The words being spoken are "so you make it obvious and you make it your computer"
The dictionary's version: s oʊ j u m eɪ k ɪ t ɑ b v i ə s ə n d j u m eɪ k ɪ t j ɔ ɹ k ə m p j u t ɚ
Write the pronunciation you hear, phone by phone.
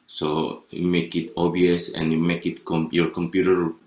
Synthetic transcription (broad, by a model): s oʊ j u m eɪ k ɪ t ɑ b i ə s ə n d j u m eɪ k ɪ t j ɔ ɹ k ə m p j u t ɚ